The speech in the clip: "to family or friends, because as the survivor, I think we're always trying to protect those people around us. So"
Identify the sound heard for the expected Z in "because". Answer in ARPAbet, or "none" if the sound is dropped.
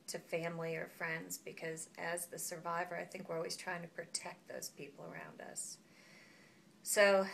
Z